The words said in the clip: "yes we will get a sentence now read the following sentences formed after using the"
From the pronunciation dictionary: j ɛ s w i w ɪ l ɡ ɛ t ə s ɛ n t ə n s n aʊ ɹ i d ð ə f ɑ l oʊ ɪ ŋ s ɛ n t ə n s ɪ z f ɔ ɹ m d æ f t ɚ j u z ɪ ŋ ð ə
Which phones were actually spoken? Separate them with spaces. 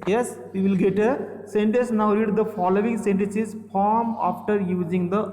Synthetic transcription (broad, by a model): j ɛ s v i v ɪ l ɡ ɛ t ə s ɛ n t ə n s n aʊ ɹ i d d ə f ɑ l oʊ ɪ ŋ s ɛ n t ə n s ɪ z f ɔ ɹ m ɑ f t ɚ j u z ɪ ŋ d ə